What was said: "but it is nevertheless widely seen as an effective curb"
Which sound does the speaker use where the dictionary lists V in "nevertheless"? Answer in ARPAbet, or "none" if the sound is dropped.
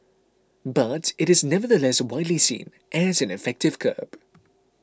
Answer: V